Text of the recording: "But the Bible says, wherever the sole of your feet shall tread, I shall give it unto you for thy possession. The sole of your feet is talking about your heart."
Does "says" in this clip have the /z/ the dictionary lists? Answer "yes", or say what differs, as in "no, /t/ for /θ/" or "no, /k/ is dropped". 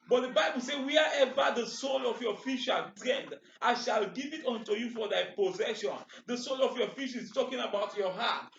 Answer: no, /z/ is dropped